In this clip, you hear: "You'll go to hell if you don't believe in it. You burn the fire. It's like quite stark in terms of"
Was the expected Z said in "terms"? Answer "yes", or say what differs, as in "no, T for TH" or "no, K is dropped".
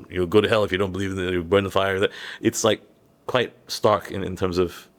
yes